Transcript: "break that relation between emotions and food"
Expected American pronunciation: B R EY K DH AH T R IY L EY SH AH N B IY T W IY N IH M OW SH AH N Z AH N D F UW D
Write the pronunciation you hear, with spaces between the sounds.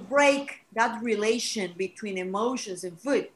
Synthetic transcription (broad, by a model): B R EY K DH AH T R IY L EY SH AH N B IY T W IY N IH M OW SH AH N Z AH N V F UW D